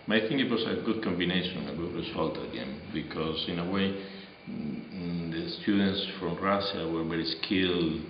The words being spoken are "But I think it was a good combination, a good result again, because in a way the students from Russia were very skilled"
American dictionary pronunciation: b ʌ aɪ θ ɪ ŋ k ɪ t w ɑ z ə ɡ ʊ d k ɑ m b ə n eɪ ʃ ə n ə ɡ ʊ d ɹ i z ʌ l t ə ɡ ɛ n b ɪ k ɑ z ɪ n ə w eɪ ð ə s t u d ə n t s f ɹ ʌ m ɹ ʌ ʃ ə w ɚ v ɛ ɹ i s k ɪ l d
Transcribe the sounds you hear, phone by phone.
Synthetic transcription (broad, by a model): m aɪ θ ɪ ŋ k ɪ t w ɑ s ə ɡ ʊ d k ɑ m b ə n eɪ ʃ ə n ə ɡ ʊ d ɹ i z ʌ l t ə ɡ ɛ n b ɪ k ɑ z ɪ n ə w eɪ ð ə s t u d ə n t s f ɹ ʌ m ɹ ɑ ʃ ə w ɚ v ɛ ɹ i s k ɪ l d